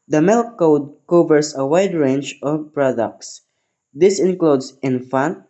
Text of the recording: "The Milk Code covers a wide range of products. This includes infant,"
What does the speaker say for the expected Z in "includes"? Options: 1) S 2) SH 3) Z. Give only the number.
1